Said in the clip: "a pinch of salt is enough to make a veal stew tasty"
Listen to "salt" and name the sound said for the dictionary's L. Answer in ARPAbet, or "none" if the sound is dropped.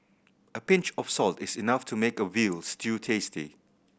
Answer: L